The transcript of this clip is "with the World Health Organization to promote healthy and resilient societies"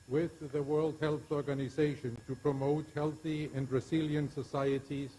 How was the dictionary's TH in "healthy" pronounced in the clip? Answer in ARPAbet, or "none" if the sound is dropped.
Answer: TH